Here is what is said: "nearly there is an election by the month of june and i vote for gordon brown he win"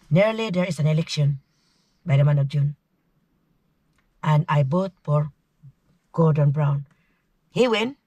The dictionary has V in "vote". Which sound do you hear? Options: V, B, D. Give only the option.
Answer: B